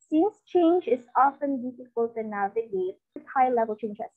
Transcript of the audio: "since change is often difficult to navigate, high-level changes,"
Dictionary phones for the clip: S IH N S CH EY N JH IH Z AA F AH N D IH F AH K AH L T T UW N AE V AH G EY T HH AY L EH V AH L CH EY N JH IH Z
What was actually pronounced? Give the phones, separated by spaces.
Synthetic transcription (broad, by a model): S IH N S CH EY N JH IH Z AA F AH N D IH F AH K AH L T T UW N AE V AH G EY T HH AY L EH V AH L CH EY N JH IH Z